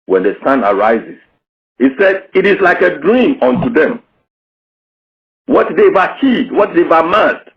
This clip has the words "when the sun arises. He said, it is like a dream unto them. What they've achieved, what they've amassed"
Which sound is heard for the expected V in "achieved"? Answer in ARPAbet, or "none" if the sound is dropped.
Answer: none